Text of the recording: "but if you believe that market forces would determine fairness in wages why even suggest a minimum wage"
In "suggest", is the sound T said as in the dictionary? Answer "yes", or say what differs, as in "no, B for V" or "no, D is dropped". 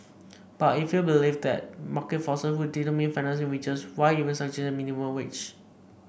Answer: no, T is dropped